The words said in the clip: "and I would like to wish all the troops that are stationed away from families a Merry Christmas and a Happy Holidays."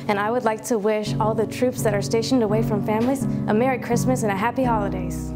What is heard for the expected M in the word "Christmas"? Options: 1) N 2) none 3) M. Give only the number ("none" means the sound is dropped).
3